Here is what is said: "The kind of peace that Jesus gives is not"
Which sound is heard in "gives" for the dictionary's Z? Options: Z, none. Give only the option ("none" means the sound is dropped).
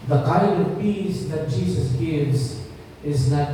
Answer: Z